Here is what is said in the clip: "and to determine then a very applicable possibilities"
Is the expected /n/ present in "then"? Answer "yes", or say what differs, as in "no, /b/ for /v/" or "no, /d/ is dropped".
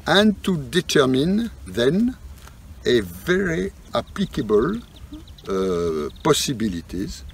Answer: yes